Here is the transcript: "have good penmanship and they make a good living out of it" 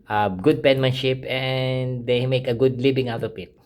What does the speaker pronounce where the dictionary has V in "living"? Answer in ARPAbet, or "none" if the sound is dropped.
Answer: B